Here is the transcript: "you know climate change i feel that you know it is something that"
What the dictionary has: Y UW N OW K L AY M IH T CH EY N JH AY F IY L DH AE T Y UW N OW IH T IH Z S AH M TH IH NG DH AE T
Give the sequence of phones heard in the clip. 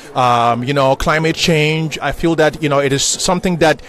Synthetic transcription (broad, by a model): Y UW N OW K L AY M IH T CH EY N JH AY F IY L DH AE T Y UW N OW IH T IH Z S AH M TH IH NG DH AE T